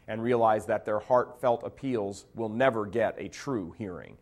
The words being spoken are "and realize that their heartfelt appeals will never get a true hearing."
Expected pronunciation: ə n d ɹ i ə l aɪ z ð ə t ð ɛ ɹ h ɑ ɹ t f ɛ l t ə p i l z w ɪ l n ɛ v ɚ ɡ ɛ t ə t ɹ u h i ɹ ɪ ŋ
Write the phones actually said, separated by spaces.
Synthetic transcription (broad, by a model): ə n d ɹ i ə l aɪ z ð ə t ð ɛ ɹ h ɑ ɹ t f ɛ l t ə p i l z w ɪ l n ɛ v ɚ ɡ ɛ t ə t ɹ u h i ɹ ɪ ŋ